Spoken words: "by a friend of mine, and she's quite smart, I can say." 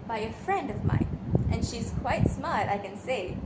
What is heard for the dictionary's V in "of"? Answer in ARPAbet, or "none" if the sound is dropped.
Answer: V